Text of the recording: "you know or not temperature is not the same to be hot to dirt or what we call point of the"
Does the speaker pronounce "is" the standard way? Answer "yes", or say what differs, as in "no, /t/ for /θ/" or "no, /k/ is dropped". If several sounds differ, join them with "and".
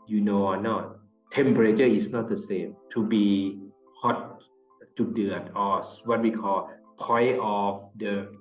no, /s/ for /z/